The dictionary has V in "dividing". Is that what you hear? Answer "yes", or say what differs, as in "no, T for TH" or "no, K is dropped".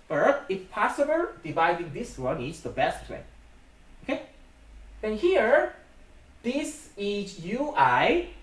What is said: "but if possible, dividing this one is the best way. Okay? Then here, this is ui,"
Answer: yes